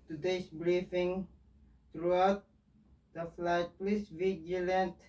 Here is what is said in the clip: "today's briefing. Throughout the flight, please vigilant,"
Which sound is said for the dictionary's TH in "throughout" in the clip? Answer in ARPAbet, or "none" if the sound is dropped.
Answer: T